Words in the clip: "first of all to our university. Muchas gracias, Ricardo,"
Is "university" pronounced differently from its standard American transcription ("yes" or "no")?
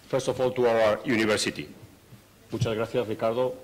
yes